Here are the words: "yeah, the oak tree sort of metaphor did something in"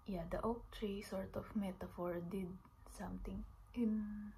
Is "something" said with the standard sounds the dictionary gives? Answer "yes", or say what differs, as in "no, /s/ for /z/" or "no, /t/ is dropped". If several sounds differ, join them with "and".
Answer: no, /t/ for /θ/